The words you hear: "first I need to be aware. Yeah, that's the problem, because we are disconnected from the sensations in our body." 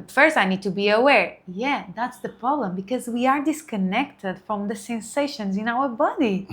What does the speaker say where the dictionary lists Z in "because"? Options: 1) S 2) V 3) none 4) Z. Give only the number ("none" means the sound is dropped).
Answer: 4